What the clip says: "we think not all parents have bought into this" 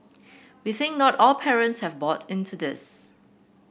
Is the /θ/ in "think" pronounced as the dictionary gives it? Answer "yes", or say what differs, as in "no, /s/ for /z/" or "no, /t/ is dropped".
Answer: yes